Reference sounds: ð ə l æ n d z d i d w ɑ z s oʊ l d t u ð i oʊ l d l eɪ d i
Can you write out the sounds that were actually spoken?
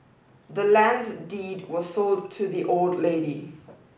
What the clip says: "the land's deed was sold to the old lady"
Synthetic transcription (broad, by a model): ð ə l æ n d z d i d w ɑ z s oʊ l d t u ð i oʊ l d l eɪ d i